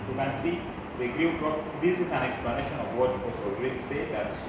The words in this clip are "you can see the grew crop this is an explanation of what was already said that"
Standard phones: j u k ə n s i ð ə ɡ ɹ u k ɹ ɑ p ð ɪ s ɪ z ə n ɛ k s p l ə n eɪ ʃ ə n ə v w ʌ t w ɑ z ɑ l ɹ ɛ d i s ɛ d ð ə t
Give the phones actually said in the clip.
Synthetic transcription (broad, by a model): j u k ə n s i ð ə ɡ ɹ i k ɑ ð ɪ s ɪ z ə n ɛ k s p l ə n eɪ ʃ ə n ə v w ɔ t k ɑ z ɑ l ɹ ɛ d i s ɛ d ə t